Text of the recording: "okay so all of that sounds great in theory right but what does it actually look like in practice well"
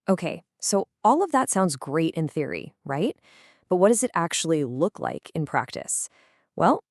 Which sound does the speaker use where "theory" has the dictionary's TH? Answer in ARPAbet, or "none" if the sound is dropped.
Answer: TH